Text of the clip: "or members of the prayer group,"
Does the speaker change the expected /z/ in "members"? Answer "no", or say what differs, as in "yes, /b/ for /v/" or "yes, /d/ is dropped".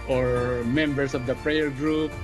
yes, /s/ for /z/